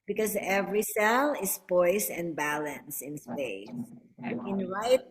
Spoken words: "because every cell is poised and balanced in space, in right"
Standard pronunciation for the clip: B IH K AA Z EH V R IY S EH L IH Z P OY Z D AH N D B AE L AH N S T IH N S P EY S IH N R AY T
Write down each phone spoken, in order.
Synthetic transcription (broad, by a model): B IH K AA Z EH V R IY S EH L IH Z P OY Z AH N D B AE L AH N S IH N S P EY S IH N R AY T